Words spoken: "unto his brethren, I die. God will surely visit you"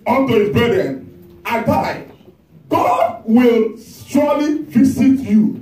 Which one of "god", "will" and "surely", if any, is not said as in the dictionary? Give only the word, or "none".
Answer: surely